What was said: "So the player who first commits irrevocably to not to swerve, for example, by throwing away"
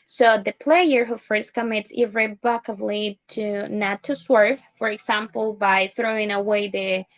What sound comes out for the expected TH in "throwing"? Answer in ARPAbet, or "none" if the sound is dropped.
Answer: TH